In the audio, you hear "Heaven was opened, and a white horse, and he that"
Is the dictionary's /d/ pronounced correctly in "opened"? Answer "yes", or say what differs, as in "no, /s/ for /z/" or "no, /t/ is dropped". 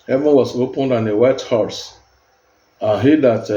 yes